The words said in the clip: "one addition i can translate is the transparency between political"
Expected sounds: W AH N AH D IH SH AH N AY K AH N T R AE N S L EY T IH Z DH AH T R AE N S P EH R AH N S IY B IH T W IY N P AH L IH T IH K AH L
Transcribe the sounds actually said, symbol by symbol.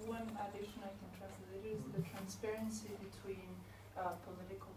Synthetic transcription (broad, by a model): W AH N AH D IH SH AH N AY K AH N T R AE S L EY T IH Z DH AH T R AE N S P EH R AH N S IY B IH T W IY N P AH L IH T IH K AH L